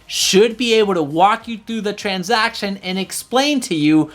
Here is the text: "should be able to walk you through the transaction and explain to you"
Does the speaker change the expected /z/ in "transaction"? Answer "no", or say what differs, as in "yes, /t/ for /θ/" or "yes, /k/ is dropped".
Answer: no